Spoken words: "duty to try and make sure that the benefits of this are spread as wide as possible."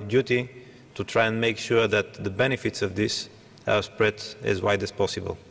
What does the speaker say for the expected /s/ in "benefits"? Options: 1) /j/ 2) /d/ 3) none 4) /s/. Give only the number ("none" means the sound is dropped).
4